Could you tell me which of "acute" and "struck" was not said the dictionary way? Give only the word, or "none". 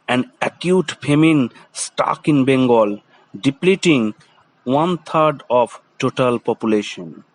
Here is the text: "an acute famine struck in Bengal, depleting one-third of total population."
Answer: struck